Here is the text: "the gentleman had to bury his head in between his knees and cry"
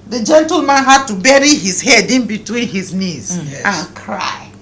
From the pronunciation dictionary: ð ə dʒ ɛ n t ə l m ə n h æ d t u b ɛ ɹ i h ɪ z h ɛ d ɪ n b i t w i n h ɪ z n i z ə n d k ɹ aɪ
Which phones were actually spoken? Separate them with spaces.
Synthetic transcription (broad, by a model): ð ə dʒ ɛ n t ə l m ə n h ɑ d t u b ɛ ɹ i h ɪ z h ɛ d ɪ n b i t w i n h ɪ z n i z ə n k ɹ aɪ